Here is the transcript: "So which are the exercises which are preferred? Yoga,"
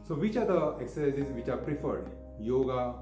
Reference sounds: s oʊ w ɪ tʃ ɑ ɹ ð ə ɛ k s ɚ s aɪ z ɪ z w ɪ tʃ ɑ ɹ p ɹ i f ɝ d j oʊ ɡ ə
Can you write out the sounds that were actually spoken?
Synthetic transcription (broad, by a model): s oʊ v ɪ tʃ ɑ ɹ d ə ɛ k s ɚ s aɪ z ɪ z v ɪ tʃ ɑ ɹ p ɹ i f ɝ d j oʊ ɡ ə